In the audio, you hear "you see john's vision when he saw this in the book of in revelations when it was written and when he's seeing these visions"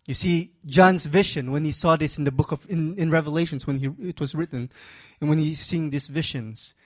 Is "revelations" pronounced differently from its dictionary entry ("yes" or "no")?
no